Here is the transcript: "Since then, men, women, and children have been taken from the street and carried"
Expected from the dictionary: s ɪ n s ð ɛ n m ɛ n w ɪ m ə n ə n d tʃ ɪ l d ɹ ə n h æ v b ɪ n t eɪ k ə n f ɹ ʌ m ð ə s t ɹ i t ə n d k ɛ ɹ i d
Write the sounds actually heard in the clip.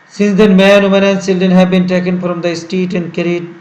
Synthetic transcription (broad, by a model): s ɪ n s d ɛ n m ɛ n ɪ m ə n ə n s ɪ l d ə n h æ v b ɪ n t eɪ k ə n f ɹ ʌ m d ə s t i t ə n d k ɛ ɹ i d